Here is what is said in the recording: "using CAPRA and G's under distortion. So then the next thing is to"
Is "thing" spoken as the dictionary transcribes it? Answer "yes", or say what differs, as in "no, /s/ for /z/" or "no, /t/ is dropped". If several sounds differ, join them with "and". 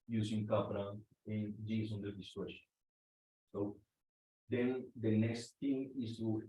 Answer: no, /t/ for /θ/